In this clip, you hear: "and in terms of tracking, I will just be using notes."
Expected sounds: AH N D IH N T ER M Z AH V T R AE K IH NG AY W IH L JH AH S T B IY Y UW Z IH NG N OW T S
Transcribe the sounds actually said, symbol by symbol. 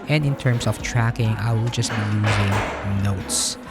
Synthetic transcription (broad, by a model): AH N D IH N T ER M S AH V T R AE K IH NG AY W IH L JH AH S T B IY Y UW Z IH NG N OW T S